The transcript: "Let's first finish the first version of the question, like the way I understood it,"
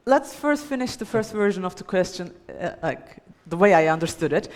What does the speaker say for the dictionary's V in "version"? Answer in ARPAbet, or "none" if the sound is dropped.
V